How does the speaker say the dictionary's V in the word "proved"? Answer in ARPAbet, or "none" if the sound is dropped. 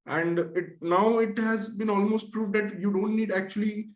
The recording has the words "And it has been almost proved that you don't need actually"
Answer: V